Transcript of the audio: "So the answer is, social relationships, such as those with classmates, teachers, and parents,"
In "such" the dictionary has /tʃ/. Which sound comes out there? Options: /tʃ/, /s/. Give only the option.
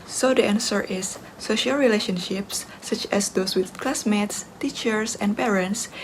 /tʃ/